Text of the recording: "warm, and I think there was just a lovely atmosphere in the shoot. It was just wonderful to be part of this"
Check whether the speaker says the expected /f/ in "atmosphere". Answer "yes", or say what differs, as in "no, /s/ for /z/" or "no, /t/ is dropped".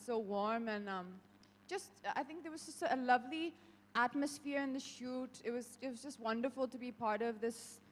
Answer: yes